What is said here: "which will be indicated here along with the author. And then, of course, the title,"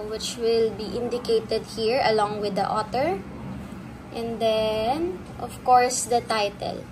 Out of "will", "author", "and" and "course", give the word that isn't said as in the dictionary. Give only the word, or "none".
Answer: author